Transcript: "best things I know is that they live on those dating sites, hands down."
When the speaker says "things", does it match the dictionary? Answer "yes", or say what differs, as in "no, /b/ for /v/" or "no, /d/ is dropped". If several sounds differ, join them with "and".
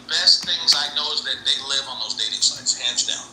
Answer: yes